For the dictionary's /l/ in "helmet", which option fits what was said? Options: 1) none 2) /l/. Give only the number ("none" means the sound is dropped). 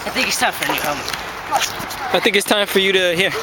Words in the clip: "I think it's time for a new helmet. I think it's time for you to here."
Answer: 1